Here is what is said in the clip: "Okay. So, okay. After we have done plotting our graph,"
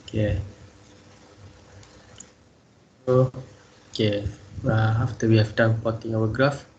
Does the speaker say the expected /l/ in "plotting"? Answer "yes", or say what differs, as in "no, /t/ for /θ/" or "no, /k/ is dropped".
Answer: no, /l/ is dropped